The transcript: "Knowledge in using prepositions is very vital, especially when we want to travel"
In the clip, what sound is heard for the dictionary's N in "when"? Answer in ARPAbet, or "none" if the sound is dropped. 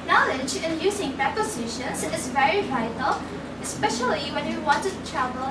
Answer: N